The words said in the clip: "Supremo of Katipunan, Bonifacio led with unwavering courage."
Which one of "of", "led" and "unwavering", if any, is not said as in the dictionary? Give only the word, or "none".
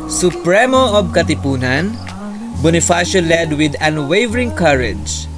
of